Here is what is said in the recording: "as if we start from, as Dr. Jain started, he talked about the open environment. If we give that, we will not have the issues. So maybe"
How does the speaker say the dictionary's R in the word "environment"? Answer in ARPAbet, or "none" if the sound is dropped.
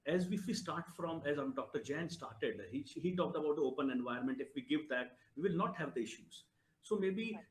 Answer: none